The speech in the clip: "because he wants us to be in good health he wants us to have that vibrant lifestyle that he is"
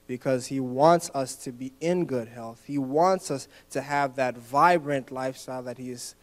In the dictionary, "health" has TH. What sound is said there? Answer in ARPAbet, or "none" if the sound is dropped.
TH